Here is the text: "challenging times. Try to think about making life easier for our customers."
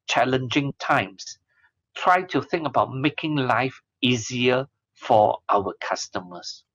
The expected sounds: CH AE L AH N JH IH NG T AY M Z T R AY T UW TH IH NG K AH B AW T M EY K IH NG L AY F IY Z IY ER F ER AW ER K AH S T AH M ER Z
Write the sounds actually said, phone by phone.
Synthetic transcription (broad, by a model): CH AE L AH N JH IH NG T AY M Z T R AY T UW TH IH NG K AH B AW T M EY K IH NG L AY F IY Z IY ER F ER AW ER K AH S T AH M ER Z